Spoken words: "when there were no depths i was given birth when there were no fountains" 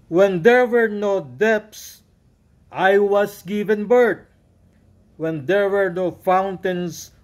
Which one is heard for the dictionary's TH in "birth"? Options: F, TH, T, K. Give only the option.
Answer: T